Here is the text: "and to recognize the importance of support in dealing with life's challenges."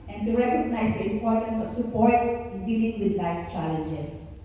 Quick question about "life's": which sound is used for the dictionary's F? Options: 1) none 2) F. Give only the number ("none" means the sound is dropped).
1